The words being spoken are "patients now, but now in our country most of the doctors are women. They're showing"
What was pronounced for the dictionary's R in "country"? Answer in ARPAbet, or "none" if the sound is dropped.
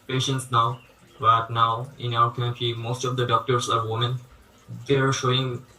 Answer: none